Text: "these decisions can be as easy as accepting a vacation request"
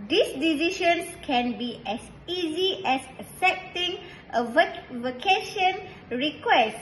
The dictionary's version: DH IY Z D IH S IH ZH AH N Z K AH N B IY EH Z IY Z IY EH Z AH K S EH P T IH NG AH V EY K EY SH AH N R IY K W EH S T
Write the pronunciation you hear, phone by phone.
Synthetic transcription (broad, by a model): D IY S D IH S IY SH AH N S K AH N B IY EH S IY Z IY EH S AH S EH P T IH NG AH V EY K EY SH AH N R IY K W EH S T